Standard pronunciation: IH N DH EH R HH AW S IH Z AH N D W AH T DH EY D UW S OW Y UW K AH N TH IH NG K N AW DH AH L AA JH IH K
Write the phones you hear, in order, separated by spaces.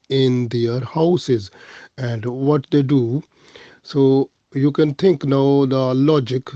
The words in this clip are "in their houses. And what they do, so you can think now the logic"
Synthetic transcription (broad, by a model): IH N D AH R HH AW S IH Z AH N D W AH T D EY D UW S OW Y UW K AH N T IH NG K N AW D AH L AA JH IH K